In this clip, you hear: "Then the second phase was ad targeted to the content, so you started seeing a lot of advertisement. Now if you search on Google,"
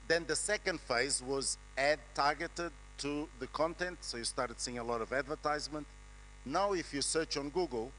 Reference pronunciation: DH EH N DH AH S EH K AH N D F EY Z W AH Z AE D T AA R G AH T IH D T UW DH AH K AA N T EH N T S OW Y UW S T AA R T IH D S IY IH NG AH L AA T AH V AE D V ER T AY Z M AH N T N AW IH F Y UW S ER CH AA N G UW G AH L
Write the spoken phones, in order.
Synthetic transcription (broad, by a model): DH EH N DH AH S EH K AH N D F EY Z W AH Z AE D T AA R G AH T IH D T UW DH AH K AA N T EH N T S OW Y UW S T AA R T IH D S IY IH NG AH L AA T AH V AE D V ER T AY Z M AH N T N AW IH F Y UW S ER CH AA N G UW G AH L